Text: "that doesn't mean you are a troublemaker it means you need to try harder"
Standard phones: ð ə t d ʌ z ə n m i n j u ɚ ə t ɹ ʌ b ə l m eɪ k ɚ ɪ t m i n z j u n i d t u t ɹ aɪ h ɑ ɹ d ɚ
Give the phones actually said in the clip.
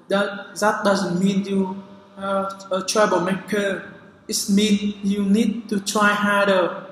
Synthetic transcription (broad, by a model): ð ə t d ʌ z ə n m i n j u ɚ ə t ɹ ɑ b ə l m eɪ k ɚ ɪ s m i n j u n i d t u t ɹ aɪ h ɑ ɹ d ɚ